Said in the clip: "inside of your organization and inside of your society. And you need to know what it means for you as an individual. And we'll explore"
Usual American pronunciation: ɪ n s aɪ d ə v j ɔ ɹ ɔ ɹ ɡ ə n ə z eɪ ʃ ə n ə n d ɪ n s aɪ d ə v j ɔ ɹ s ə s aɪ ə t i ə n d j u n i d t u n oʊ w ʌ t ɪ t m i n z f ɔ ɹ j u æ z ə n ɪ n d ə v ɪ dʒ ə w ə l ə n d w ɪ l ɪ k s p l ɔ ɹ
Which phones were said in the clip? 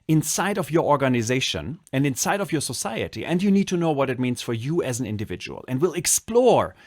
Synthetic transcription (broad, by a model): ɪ n s aɪ d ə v j ɔ ɹ ɔ ɹ ɡ ə n ə z eɪ ʃ ə n ə n d ɪ n s aɪ d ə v j ɔ ɹ s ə s aɪ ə t i ə n d j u n i d t u n oʊ w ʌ t ɪ t m i n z f ɔ ɹ j u æ z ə n ɪ n d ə v ɪ dʒ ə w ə l ə n d w ɪ l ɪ k s p l ɔ ɹ